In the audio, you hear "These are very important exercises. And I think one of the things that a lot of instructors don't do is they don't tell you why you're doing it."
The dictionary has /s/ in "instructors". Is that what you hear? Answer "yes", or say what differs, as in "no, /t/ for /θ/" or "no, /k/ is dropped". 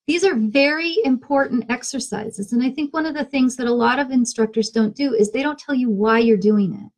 yes